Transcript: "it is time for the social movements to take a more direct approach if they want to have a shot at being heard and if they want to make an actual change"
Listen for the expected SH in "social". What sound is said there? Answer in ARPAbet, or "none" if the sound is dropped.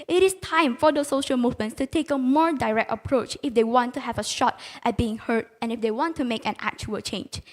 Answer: SH